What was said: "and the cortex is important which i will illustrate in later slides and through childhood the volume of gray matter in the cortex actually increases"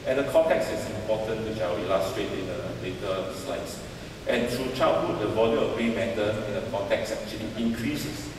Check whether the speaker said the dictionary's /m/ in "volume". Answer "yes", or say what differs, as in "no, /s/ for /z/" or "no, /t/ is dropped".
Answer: no, /m/ is dropped